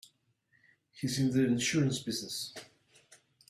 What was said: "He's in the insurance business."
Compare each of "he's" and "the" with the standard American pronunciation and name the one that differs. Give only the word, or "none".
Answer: he's